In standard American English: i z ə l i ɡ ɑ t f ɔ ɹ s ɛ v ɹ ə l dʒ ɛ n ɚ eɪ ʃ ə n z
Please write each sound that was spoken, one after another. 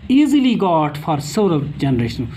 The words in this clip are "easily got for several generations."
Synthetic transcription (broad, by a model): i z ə l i ɡ ɑ t f ɔ ɹ s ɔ ɹ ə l dʒ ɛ n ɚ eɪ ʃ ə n